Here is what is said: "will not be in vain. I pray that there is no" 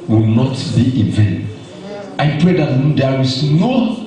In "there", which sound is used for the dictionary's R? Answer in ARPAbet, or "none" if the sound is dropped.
W